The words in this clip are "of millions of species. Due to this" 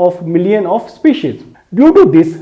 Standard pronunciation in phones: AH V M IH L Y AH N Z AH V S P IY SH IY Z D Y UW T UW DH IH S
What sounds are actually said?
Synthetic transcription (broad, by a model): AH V M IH L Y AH N AH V S P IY SH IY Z D Y UW T UW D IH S